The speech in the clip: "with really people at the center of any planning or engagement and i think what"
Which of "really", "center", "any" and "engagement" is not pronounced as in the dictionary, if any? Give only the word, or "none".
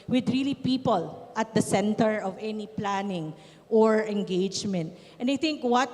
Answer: none